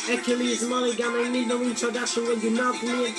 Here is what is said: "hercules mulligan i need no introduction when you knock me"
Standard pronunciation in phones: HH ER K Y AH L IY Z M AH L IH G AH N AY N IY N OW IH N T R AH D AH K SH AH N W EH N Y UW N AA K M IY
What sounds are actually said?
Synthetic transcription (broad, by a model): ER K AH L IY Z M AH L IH G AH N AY N IY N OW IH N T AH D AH SH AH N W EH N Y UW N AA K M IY